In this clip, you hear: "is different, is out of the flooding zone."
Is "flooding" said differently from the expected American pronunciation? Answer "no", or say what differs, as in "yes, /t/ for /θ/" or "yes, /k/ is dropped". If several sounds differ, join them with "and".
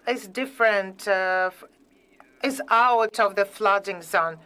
no